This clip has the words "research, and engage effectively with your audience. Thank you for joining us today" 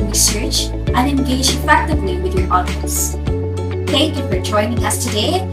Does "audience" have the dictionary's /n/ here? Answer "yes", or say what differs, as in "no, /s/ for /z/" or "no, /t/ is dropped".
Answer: no, /n/ is dropped